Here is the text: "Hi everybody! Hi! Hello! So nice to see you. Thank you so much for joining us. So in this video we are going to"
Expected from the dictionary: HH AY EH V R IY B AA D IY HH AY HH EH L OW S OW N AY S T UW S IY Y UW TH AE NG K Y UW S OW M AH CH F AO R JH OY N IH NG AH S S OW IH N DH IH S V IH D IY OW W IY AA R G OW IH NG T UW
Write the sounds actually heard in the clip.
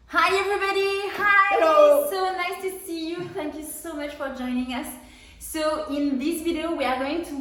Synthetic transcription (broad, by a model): HH AY EH V R IY B AA D IY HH HH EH IH S OW N AY S T UW S IY Y UW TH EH NG K Y UW S OW M AH CH F AO R JH OY N IH NG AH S S OW IH N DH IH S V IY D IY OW W IY AA R G OW IH NG T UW